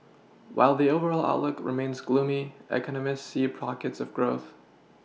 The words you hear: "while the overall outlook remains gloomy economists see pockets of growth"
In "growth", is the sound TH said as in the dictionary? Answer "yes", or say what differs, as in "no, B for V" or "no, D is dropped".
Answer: yes